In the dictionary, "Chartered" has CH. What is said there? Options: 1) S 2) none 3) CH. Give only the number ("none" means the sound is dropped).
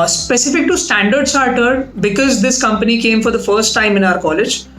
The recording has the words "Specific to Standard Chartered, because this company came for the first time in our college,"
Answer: 1